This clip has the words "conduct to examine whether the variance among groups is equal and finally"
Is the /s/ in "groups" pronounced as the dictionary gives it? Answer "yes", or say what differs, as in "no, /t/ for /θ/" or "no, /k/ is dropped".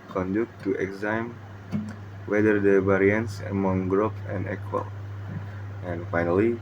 no, /s/ is dropped